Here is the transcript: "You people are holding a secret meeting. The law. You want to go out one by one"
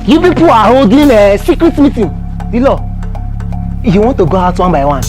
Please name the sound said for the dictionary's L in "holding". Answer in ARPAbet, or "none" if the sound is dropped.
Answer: none